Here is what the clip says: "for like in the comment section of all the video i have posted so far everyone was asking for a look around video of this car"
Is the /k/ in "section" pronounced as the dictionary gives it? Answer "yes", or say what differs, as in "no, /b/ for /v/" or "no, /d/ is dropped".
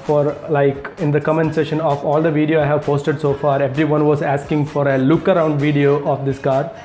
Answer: no, /k/ is dropped